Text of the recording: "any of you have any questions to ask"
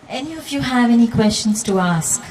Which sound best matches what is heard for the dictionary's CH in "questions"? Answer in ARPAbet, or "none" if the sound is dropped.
CH